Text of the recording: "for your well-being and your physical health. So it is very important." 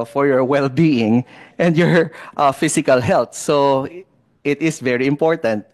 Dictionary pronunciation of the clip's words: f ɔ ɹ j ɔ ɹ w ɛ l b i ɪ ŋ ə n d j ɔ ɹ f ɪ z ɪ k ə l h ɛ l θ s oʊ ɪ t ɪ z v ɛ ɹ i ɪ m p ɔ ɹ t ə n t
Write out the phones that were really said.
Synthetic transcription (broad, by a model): f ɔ ɹ j ɔ ɹ w ɛ l b i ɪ ŋ ə n d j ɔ ɹ f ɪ s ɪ k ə l h ɛ l t s oʊ ɪ t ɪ s v ɛ ɹ i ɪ m p ɔ ɹ t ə n t